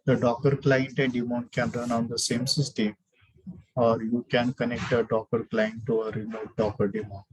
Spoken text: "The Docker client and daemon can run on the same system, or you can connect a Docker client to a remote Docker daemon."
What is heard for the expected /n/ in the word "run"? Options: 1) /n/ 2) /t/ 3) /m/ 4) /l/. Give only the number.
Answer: 1